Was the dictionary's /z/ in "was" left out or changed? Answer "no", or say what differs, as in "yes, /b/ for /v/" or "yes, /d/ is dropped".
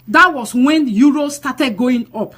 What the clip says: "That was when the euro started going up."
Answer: yes, /s/ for /z/